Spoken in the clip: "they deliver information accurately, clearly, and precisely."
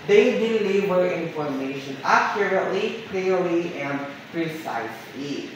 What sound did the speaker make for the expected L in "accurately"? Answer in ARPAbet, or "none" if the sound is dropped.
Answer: L